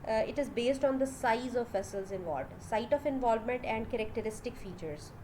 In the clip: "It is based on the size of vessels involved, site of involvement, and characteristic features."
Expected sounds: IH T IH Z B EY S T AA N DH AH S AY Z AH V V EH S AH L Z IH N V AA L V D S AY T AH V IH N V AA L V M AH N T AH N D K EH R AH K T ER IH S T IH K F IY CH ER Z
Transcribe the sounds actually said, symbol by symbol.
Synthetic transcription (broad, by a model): IH T IH Z B EY S T AA N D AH S AY Z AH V V EH S AH L Z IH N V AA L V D S AY T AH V IH N V AA L V M AH N T AH N D K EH R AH K T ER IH S T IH K F IY CH ER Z